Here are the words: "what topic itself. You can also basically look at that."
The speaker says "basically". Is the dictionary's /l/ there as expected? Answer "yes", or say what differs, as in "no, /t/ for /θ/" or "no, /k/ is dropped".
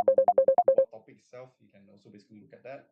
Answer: no, /l/ is dropped